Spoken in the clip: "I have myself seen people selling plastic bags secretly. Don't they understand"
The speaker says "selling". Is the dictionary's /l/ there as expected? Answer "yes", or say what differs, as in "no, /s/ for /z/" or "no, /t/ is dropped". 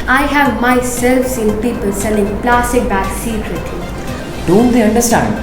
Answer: no, /n/ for /l/